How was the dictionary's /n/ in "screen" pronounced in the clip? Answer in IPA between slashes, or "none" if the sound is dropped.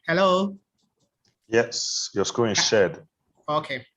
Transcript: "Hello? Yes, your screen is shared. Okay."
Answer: none